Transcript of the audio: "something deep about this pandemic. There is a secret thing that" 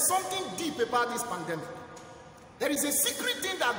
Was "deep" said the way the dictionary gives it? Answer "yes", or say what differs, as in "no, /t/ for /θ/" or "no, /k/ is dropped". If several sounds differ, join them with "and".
yes